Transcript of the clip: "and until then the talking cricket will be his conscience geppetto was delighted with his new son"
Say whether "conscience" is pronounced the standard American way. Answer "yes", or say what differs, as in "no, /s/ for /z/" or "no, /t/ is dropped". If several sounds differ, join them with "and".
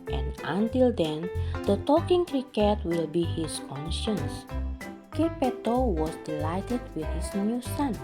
yes